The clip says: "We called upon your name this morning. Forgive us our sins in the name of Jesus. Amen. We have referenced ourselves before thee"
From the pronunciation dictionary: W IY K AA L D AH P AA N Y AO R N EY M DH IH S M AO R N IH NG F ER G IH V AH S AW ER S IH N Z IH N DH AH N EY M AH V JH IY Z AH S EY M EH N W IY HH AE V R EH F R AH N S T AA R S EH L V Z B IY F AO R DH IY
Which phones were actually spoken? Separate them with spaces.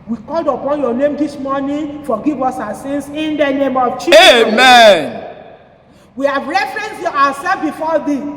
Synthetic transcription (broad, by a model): W IY K AA L D AH P AA N Y AO N EY M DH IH S M AO N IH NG F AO G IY V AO S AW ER S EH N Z IH N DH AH N EY M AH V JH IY EY M EH N W IY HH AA V R EH F R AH N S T AA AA S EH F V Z B IY F AO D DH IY